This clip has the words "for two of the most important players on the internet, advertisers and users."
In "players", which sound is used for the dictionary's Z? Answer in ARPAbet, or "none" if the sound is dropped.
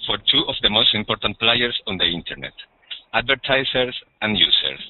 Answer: S